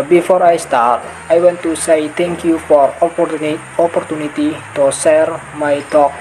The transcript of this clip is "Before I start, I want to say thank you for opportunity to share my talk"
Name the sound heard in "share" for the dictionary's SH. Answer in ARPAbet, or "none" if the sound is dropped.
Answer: S